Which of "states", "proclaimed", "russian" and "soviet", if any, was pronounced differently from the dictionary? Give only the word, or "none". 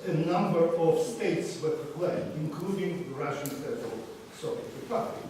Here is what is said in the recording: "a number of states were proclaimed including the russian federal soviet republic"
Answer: proclaimed